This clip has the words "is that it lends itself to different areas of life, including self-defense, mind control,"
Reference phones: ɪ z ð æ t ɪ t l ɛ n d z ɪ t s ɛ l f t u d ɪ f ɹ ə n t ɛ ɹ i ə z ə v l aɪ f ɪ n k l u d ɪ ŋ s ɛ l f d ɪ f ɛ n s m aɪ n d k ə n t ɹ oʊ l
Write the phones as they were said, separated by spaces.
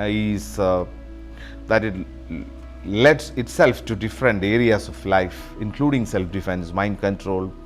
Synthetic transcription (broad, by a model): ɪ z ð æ t ɪ t l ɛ d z ɪ t s ɛ l f t u d ɪ f ɹ ə n t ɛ ɹ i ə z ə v l aɪ f ɪ n k l u d ɪ ŋ s ɛ l f d ɪ f ɛ n s m aɪ n d k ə n t ɹ oʊ l